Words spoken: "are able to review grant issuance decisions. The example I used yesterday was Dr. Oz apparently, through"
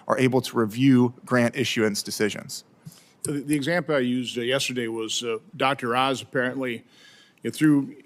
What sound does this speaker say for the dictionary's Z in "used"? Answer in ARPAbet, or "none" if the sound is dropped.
Z